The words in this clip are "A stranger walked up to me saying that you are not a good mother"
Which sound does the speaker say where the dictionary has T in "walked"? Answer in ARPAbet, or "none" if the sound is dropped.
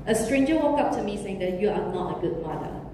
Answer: none